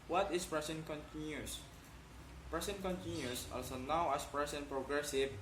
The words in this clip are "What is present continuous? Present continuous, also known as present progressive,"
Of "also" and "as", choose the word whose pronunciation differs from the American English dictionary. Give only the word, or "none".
as